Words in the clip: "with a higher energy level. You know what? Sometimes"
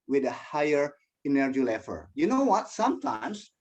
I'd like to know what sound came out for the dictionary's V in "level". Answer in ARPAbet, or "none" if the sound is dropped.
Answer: F